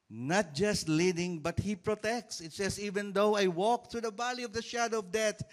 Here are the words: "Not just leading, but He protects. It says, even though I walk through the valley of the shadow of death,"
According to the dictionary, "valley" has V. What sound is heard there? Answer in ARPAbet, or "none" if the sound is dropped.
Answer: B